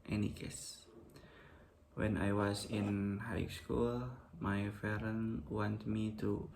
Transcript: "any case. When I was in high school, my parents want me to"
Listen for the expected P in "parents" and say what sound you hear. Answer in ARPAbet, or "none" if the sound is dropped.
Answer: F